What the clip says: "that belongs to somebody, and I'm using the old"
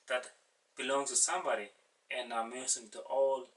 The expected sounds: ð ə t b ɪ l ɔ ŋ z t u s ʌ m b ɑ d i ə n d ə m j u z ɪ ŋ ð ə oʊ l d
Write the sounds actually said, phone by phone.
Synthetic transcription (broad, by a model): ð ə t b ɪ l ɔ ŋ s t u s ʌ m b ɑ d i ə n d ə m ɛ s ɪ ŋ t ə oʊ l